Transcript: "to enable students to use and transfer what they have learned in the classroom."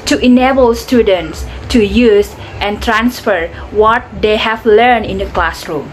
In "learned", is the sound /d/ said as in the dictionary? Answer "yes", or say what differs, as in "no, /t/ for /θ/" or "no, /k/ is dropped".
no, /d/ is dropped